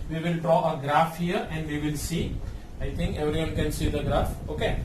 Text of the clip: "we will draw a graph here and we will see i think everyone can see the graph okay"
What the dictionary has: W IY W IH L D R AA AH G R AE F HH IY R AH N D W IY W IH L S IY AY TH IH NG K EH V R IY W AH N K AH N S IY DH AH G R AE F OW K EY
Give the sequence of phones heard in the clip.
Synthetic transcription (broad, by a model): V IY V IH L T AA AH G R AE F HH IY R AH N D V IY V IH L S IY AY T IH NG K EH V R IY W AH N K AH N S IY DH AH G R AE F OW K EY